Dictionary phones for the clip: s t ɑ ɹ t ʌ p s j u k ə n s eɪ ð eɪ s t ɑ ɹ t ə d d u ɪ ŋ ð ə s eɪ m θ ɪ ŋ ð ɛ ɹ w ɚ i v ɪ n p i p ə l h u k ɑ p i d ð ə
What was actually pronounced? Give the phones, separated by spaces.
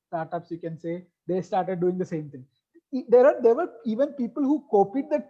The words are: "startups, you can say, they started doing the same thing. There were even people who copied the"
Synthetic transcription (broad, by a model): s t ɑ ɹ t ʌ p s j u k ə n s eɪ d eɪ s t ɑ ɹ t ə d d u ɪ ŋ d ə s eɪ m t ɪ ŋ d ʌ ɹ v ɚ i v ɪ n p i p ə l h u k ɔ p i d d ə